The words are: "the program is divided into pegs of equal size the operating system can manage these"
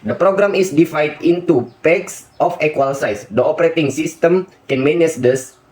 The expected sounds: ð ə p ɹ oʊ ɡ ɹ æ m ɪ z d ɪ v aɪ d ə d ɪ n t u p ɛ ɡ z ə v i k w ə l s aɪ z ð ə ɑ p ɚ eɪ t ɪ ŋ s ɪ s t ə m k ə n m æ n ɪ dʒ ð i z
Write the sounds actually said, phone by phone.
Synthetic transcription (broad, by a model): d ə p ɹ oʊ ɡ ɹ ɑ m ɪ s d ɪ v aɪ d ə n t u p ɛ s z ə f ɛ k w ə l s aɪ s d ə ɑ p ɚ eɪ t ɪ ŋ s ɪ s t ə m k ə n m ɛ n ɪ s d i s